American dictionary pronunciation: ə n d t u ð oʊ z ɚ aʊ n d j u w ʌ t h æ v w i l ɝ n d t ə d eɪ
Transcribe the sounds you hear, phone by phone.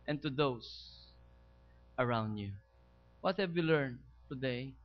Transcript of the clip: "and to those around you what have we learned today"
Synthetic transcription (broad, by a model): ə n t u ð oʊ s ɚ aʊ n d j u w ʌ t h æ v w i l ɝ n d t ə d eɪ